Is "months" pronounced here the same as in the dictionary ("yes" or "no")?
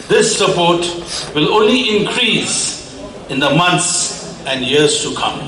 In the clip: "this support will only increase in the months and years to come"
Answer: no